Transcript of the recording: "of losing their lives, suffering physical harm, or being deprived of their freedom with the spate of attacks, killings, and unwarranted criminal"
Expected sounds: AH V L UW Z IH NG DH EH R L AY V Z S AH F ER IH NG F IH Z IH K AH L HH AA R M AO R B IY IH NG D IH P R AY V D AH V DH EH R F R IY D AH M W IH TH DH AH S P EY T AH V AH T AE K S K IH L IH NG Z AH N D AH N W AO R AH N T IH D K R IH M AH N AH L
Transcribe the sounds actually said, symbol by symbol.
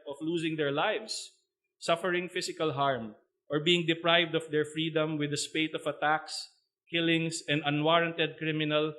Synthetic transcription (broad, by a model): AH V L UW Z IH NG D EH R L AY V S AH F ER IH NG F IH S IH K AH L HH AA R M AO R B IY IH NG D IH P R AY V D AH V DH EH R F R IY D AH M W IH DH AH S P EY T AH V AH T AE K S K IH L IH NG S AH N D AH N W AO R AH N T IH D K R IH M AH N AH L